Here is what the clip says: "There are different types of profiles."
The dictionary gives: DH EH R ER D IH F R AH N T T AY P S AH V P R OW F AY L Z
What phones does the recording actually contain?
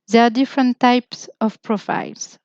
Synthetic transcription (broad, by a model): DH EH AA D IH F R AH N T T AY P S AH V P R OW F AY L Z